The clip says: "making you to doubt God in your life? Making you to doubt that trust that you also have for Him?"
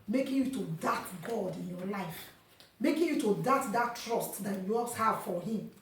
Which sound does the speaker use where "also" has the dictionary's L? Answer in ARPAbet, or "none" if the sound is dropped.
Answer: none